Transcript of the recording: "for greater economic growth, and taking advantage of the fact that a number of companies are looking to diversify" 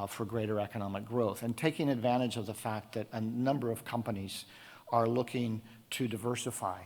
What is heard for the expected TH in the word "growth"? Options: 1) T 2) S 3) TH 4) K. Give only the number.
3